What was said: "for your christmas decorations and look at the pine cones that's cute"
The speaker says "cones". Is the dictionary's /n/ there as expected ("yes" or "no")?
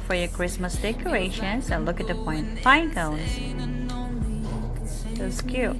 no